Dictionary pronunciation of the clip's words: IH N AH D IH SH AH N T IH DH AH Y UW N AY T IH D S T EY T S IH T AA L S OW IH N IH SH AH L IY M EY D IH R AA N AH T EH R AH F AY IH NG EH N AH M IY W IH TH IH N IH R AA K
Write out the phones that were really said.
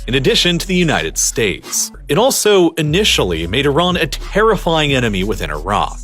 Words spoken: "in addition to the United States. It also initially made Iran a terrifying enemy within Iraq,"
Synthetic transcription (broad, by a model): IH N AH D IH SH AH N T IH DH AH Y UW N AY T IH D S T EY T S IH T AA L S OW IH N IH SH L IY M EY D IH R AA N AH T EH R AH F AY IH NG EH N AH M IY W IH TH IH N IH R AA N